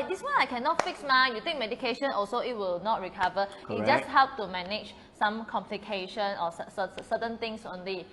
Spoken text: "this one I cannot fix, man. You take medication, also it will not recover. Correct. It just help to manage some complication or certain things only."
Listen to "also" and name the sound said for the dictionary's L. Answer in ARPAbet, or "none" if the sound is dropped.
L